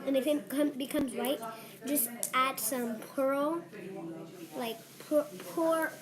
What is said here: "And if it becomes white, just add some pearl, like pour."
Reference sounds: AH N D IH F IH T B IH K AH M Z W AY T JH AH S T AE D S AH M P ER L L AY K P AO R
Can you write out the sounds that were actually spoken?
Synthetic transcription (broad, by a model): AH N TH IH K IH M B IH K AH M Z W AY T JH AH S T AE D S AH M P ER L L AY K P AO R